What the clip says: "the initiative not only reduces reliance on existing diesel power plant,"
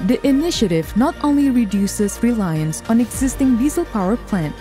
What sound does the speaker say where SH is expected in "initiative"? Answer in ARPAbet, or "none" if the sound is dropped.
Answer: SH